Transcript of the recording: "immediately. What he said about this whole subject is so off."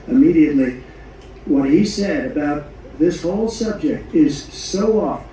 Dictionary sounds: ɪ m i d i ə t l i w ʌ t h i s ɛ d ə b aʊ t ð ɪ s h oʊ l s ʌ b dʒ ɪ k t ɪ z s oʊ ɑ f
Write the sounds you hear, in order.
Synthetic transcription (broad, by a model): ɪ m i d i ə t l i w ʌ t h i s ɛ d ə b aʊ t ð ɪ s h oʊ l s ʌ b dʒ ɪ k t ɪ z s oʊ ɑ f